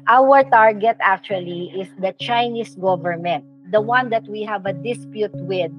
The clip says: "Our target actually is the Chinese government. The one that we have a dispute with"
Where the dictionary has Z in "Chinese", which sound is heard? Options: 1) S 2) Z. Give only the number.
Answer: 1